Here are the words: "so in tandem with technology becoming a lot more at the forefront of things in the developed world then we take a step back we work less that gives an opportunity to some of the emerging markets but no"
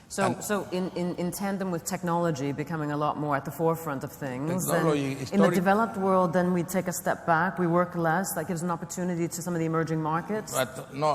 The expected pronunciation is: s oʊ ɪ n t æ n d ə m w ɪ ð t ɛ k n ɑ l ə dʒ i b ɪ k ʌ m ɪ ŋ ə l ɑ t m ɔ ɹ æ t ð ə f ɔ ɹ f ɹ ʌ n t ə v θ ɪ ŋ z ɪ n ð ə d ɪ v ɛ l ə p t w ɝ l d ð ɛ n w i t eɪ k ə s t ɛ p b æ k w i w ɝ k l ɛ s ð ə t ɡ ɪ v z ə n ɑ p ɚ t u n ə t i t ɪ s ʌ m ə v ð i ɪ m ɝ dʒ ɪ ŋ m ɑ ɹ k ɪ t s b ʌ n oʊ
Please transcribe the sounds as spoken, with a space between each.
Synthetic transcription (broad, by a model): s oʊ ɪ n t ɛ n d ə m w ɪ ð t ɛ k n ɑ l ə dʒ i b ɪ k ʌ m ɪ ŋ ə l ɑ t m ɔ ɹ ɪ t ð ə f ɔ ɹ f ɹ ʌ n t ə v θ ɪ ŋ z ɪ n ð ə d ɪ v ɛ l ə p t w ɝ l d ð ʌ n w i t eɪ k ə s t ɛ p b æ k w i w ɝ k l ɛ s ð ə t ɡ ɪ v z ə n ɑ p ɚ t u n ə t i t ɪ s ʌ m ə v ð i ɪ m ɝ dʒ ɪ ŋ m ɑ ɹ k ɪ t s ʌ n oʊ